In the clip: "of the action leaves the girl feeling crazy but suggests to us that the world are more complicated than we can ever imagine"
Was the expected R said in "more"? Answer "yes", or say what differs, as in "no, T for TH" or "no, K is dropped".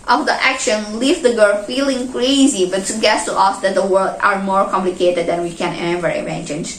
yes